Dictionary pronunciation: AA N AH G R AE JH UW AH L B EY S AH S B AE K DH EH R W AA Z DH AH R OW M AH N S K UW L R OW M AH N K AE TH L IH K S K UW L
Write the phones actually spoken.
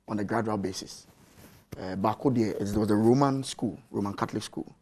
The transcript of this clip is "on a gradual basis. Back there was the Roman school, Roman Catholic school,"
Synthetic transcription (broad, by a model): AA N AH G R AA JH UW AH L B EY S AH S B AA K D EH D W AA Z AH R OW M AH N S K UW L R OW M AH N K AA T L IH K S K UW L